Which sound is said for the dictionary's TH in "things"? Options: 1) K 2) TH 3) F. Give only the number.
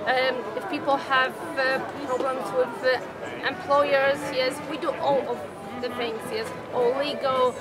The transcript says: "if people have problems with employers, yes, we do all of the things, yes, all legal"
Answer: 3